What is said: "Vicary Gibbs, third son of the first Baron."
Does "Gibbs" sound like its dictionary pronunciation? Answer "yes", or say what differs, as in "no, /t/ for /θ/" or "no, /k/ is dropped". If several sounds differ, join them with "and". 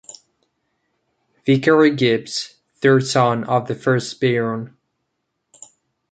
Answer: no, /s/ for /z/